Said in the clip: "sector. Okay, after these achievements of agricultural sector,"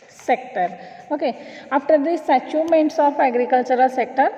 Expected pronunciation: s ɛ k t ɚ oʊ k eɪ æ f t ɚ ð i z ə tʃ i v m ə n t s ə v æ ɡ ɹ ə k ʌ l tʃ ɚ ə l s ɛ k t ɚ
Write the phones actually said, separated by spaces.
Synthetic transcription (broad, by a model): s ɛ k t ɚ oʊ k eɪ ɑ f t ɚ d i s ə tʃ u m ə n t s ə f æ ɡ ɹ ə k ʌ l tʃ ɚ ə l s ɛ k t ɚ